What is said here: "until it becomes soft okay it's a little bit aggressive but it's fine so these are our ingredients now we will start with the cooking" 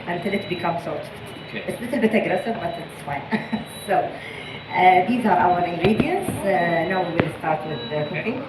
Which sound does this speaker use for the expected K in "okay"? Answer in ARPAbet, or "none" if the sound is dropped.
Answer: none